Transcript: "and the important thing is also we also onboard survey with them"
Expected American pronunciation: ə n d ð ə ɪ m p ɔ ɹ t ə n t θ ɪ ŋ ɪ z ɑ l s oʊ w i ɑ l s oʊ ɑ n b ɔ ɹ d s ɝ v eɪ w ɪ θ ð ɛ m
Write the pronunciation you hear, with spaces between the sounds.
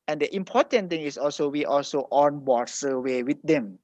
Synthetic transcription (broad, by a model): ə n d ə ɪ m p ɔ t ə n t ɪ ŋ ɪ s ɑ l s oʊ w i ɑ l s oʊ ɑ n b ɔ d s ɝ w eɪ w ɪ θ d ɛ m